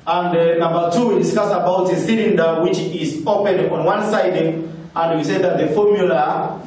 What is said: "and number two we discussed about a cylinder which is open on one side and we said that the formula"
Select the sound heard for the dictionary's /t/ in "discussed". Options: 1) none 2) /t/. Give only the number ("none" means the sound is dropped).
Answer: 1